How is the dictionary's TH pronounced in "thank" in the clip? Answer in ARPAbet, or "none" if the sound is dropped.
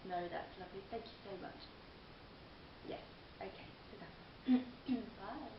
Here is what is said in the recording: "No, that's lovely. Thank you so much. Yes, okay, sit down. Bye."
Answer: TH